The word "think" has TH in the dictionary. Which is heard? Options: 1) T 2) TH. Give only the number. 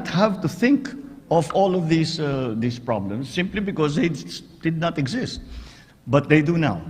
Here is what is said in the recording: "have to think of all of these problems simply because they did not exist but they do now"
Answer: 2